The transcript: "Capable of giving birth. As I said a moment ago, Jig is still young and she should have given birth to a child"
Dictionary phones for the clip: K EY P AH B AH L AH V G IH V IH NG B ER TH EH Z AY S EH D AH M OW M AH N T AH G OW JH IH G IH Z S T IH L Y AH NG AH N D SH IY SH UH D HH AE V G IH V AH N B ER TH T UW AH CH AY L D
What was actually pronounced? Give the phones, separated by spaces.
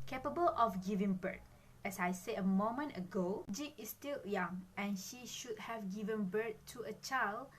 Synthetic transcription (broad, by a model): K EY P AH B AH L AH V G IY V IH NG B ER T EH S AY S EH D AH M OW M AH N T AH G OW JH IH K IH S T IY L Y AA NG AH N SH IY SH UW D HH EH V G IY V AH N B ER T UW AH CH AY L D